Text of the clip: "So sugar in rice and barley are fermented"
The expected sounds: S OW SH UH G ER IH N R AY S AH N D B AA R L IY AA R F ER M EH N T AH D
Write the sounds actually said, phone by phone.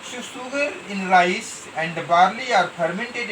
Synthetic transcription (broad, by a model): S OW S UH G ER IH N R AY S AH N D B AA R L IY AA R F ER M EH N T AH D